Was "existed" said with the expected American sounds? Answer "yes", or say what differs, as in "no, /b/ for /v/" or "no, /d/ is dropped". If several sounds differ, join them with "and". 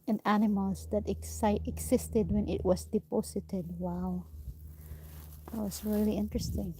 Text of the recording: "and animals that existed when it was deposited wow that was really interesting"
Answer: no, /s/ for /z/